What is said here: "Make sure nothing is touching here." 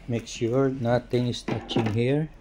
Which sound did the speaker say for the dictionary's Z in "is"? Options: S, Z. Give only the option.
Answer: S